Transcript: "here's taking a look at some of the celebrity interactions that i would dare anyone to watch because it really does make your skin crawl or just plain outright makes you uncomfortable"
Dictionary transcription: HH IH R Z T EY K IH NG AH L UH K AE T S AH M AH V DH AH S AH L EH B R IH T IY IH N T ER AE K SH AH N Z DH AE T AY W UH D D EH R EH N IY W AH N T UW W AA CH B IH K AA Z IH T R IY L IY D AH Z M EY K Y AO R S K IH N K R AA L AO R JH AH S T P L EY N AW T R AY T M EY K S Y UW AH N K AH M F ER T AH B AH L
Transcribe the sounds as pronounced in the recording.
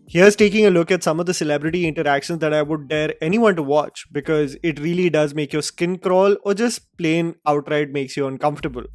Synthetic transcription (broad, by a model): HH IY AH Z T EY K IH NG AH L UH K AE T S AH M AH V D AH S AH L EH B R IH T IY IH N T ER AE K SH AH N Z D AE T AY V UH D D EH R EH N IY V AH N T UW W AA CH B IH K AA Z IH T R IY L IY D AH Z M EY K Y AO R S K IH N K R AA L AO R JH AH S T P L EY N AW T R AY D M EY K S Y UW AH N K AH M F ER T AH B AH L